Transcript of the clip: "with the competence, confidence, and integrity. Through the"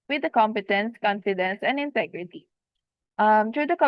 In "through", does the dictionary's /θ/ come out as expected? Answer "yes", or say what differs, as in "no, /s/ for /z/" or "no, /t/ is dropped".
no, /t/ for /θ/